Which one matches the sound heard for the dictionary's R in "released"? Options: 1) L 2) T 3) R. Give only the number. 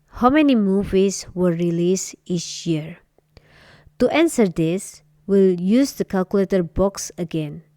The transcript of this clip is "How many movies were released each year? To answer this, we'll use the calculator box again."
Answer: 3